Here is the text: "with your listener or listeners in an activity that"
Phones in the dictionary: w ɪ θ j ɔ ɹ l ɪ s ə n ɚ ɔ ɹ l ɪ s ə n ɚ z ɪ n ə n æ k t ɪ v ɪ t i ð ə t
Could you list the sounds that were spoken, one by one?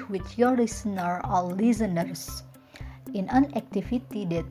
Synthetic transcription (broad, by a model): w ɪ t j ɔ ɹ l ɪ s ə n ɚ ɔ l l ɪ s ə n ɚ s ɪ n ə n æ k t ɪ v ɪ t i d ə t